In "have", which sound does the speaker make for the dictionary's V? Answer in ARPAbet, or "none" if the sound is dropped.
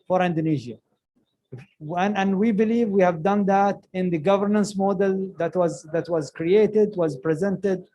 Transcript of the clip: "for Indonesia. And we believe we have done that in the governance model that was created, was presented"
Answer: V